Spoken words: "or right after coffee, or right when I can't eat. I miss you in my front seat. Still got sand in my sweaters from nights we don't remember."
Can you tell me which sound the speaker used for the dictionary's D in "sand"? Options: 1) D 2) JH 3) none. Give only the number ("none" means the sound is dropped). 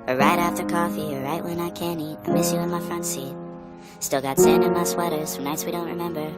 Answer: 3